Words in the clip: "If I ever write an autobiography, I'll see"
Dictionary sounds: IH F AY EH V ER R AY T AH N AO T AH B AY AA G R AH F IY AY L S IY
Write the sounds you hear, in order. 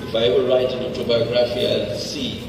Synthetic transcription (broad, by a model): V AY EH B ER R AY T AH N AO T AH B AY AA G R AH F IY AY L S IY